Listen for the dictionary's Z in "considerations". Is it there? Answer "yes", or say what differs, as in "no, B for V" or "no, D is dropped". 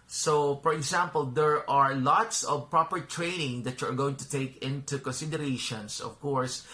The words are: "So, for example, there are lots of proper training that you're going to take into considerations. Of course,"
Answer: no, S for Z